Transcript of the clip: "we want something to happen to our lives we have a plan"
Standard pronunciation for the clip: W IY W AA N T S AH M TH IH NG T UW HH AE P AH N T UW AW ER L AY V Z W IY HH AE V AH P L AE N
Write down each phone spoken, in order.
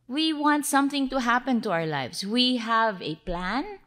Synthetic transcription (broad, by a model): W IY W AA N T S AH M TH IH NG T UW HH AE P AH N T UW AW ER L AY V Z W IY HH AE V AH P L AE N